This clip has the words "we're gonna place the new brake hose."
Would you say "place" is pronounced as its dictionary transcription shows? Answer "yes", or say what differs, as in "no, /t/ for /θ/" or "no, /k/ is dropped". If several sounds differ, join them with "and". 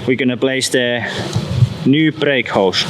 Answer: no, /b/ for /p/